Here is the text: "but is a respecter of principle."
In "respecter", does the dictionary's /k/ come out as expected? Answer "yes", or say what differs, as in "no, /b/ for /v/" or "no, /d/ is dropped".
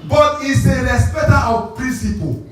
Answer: no, /k/ is dropped